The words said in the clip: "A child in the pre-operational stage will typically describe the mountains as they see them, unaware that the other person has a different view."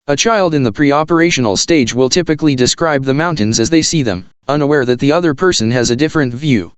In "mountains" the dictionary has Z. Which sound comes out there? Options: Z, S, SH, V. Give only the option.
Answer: Z